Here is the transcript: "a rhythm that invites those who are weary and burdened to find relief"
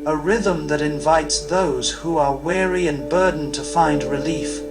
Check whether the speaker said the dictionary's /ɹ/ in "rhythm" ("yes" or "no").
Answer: yes